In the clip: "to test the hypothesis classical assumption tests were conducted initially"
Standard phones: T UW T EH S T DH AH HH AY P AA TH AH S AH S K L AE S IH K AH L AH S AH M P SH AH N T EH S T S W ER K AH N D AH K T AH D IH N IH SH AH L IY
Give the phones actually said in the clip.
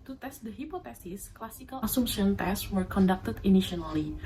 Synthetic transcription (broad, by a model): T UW T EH S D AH HH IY P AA T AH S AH S K L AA S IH K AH L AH S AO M SH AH N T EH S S W ER K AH N D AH K T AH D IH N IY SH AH L IY